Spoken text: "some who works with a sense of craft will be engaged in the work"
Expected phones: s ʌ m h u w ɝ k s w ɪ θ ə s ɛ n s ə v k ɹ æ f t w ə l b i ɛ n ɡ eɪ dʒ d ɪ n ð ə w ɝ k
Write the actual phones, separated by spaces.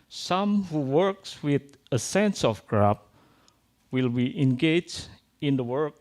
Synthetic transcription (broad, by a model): s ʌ m h u w ɝ k s w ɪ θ ə s ɛ n s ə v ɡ ɹ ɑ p w ə l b i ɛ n ɡ eɪ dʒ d ɪ n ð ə w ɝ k